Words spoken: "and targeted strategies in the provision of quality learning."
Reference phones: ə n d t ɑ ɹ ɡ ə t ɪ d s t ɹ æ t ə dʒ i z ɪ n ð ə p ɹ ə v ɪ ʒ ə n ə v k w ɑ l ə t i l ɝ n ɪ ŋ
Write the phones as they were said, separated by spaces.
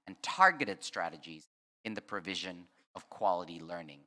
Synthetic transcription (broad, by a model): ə n t ɑ ɹ ɡ ə t ɪ d s t ɹ æ t ə dʒ i z ɪ n ð ə p ɹ ə v ɪ ʒ ə n ə v k w ɑ l ə t i l ɝ n ɪ ŋ